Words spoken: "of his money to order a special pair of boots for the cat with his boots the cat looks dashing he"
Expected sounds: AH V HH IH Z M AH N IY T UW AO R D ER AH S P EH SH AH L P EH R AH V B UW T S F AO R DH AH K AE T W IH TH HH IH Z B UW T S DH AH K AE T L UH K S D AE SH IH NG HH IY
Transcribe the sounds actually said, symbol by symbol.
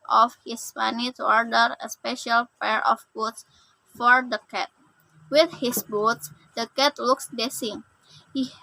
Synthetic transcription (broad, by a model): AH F HH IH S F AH N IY T UW AO R D ER AH S P EH SH AH L P EH R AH F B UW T S F AO R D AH K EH T W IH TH HH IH S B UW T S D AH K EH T L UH K S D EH S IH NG HH IY